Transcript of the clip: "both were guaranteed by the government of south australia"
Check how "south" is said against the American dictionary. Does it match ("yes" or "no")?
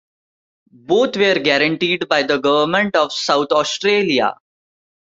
no